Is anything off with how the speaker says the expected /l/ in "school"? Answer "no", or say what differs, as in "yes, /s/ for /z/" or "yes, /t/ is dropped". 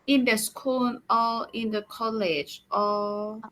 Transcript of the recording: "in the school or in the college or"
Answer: yes, /n/ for /l/